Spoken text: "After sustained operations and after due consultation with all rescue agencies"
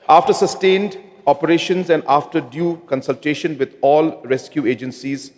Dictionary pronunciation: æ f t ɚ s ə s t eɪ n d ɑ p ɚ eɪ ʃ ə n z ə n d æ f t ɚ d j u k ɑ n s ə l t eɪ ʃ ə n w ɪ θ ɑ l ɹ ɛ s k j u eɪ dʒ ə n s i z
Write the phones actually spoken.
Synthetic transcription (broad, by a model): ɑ f t ɚ s ə s t eɪ n d ɑ p ɚ eɪ ʃ ə n z ə n d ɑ f t ɚ d j u k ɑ n s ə l t eɪ ʃ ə n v ɪ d ɑ l ɹ ɛ s k j u eɪ dʒ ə n s i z